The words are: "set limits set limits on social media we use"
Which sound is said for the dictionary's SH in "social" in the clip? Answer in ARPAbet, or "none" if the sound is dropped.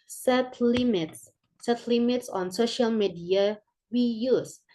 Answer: SH